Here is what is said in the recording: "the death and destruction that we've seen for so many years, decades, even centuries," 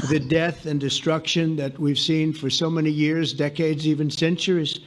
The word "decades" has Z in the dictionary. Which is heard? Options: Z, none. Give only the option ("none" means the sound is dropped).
Z